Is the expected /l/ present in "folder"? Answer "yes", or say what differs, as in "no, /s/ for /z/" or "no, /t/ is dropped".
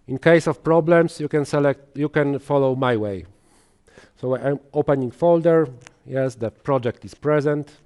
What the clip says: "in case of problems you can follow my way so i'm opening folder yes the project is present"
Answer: yes